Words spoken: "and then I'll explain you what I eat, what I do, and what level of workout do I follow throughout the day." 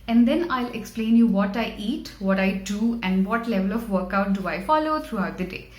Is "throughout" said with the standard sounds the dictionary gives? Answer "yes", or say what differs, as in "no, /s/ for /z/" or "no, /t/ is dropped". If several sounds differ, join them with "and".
no, /t/ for /θ/